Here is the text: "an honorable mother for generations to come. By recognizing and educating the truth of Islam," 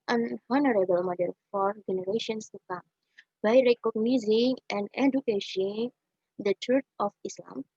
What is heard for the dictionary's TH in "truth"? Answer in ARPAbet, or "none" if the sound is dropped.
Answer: T